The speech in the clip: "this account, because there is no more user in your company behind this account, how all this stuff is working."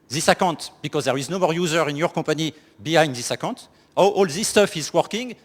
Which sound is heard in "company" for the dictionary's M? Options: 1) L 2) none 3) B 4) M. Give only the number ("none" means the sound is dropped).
2